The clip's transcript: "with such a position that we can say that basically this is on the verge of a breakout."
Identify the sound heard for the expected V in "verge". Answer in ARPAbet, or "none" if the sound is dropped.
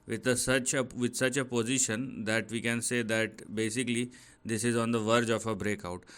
V